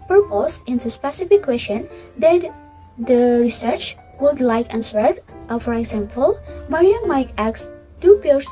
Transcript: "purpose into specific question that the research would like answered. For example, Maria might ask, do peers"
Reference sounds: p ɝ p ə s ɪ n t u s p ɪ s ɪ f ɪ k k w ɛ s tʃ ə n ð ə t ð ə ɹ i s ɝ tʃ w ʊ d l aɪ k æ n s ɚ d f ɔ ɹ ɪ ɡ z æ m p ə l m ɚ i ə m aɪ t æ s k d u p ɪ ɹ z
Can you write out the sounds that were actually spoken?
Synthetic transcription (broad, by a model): p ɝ p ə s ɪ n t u s p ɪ s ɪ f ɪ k k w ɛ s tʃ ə n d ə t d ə ɹ i s ɝ tʃ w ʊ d l aɪ k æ n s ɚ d f ɔ ɹ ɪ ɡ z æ m p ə l m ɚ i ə m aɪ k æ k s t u p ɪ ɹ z